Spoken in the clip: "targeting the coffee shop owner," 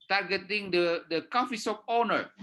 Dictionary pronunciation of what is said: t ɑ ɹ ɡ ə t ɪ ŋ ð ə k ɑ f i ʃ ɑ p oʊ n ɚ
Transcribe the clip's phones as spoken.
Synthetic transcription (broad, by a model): t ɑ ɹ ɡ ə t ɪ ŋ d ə k ɑ f i s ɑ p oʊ n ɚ